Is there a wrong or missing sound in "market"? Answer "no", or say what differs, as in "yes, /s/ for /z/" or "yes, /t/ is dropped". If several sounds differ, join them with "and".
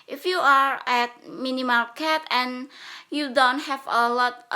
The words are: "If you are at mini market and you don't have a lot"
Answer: yes, /l/ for /ɹ/